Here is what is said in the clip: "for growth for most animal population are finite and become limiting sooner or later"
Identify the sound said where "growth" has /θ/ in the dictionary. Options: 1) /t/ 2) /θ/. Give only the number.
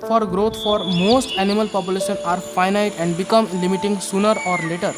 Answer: 1